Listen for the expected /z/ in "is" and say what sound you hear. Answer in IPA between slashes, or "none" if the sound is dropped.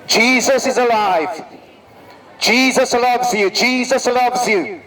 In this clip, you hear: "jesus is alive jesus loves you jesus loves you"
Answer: /z/